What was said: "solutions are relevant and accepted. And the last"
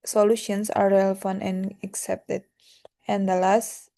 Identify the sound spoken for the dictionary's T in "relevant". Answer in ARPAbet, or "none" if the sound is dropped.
none